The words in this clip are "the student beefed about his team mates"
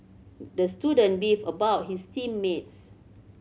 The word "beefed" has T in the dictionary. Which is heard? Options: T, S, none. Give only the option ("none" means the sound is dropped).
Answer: none